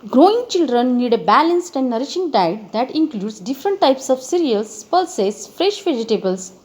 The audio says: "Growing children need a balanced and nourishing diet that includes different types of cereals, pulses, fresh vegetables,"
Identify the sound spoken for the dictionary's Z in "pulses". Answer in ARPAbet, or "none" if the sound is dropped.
S